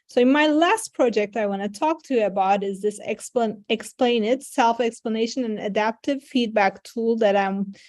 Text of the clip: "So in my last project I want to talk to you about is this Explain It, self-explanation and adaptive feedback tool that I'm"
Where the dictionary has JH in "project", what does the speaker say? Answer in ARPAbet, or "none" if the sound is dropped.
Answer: JH